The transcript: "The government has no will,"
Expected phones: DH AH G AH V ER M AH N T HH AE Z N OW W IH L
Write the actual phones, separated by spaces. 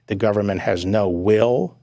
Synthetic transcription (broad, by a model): DH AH G AH V ER M AH N T HH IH Z N OW W IH L